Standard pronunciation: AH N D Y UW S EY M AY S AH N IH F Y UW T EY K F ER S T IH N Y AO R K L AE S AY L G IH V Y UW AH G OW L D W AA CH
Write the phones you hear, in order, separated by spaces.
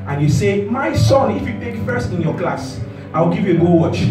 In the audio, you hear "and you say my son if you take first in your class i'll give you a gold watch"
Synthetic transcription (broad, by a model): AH N Y UW S EY M AY S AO N IH F Y UW T EY K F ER S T IH N Y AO K L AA S AY W G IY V Y UW AH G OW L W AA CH